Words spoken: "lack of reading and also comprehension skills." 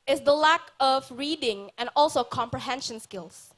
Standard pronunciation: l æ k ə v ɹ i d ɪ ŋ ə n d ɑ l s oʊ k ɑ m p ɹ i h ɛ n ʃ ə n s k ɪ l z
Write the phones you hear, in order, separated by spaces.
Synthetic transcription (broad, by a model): l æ k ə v ɹ i d ɪ ŋ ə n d ɑ l s oʊ k ɑ m p ɹ i h ɛ n ʃ ə n s k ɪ l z